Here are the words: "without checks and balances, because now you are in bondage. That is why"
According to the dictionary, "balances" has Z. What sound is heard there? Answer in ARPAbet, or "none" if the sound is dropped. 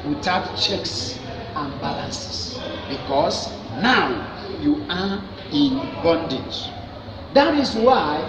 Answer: S